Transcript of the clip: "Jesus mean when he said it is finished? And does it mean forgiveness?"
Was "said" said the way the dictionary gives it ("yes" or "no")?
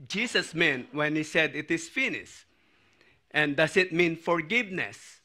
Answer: yes